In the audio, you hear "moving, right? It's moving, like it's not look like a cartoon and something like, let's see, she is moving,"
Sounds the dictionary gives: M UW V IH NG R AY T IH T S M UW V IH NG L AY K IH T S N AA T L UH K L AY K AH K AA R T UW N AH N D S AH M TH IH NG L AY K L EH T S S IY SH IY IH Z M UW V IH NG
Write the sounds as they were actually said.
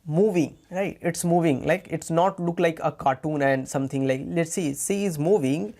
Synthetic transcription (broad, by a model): M UW V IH NG R AY T IH T S M UW V IH NG L AY K IH T S N AA T L UH K L AY K AH K AA R T UW N AH N D S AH M T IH NG L AY K L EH T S S IY S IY IH Z M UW V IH NG